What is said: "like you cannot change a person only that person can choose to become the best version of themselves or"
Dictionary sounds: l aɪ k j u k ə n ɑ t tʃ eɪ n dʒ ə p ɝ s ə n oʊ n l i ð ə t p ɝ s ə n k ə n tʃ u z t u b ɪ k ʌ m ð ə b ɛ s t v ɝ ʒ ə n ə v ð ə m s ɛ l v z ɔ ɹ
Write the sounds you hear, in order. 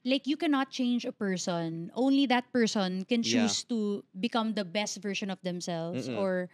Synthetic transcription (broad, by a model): l aɪ k j u k ə n ɑ t tʃ eɪ n dʒ ə p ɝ s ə n oʊ n l i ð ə t p ɝ s ə n k ə n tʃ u s t u b ɪ k ʌ m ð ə b ɛ s t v ɝ ʃ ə n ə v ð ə m s ɛ l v s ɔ ɹ